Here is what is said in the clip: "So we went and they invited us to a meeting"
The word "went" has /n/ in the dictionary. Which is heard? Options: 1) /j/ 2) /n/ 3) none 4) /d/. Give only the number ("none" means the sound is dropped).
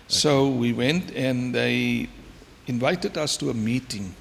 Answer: 2